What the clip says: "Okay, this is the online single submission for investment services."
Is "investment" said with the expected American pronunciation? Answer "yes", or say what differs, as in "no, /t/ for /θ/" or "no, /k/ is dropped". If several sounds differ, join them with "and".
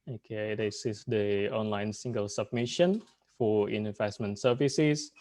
yes